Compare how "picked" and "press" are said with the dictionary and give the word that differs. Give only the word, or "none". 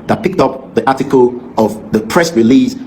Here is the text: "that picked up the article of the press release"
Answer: none